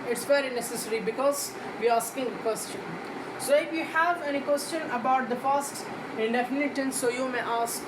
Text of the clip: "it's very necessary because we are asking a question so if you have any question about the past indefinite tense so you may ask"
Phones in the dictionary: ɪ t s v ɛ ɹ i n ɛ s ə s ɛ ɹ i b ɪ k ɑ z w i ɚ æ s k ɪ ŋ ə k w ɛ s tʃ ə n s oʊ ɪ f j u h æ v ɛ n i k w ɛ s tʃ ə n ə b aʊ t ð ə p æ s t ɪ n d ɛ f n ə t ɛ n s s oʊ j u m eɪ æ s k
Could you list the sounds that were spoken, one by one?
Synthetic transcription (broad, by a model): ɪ t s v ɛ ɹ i n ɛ s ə s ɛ ɹ i b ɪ k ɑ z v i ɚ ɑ s k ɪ ŋ ə k w ɛ s tʃ ə n s oʊ ɪ f j u h æ v ɛ n i k w ɛ s tʃ ə n ə b aʊ t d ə f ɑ s t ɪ n d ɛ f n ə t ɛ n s s oʊ j u m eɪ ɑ s k